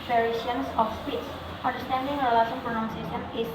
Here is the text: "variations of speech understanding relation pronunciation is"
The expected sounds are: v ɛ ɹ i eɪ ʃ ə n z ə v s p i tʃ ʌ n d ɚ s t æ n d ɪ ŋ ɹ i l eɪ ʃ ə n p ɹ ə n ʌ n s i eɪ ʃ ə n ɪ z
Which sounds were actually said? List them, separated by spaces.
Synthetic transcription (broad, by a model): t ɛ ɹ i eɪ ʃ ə n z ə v s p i s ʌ n d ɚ s t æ n d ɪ ŋ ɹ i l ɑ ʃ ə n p ɹ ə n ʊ n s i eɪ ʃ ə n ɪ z